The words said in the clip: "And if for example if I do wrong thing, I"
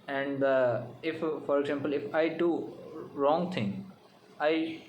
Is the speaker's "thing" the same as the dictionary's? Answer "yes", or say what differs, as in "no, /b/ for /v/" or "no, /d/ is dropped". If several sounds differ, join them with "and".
no, /t/ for /θ/